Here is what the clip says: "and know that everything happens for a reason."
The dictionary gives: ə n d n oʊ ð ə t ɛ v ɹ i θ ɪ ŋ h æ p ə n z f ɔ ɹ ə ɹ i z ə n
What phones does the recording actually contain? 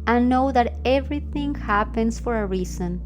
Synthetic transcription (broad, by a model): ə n n oʊ ð ə t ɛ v ɹ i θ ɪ ŋ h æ p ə n s f ɔ ɹ ə ɹ i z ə n